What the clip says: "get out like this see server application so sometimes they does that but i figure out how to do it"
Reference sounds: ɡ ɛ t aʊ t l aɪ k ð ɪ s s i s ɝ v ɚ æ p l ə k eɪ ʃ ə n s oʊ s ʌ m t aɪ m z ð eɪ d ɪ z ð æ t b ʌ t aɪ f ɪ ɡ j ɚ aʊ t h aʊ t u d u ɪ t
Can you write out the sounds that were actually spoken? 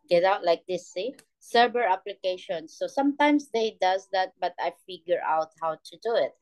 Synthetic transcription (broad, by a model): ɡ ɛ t aʊ t l aɪ k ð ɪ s s i s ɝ b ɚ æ p l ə k eɪ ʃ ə n s oʊ s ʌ m t aɪ m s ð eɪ d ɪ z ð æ t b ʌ t aɪ f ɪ ɡ j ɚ aʊ t h aʊ t u d u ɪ t